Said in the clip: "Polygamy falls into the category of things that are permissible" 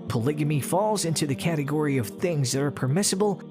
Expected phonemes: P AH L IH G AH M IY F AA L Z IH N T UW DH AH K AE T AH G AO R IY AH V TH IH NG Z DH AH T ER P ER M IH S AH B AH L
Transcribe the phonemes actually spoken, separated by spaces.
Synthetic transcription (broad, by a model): P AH L IH G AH M IY F AA L Z IH N T UW DH AH K AE T AH G AO R IY AH V TH IH NG Z DH AH T ER P ER M IH S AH B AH L